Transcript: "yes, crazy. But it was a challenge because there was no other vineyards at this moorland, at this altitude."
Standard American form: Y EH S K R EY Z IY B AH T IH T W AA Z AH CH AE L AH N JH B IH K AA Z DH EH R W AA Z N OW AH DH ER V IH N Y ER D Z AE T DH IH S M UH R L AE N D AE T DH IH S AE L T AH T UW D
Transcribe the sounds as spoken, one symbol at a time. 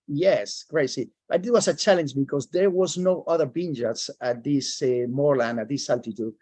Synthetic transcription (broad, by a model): Y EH S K R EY S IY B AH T IH T W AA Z AH CH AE L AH N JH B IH K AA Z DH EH R W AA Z N OW AH DH ER B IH N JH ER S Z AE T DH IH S M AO R L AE N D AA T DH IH S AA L T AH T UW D